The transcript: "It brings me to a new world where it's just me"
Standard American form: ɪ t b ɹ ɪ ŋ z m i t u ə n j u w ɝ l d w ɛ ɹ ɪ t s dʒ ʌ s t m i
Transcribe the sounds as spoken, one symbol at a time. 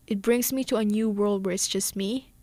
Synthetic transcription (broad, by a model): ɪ t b ɹ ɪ ŋ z m i t u ə n j u w ɝ l d w ɛ ɹ ɪ t s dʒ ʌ s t m i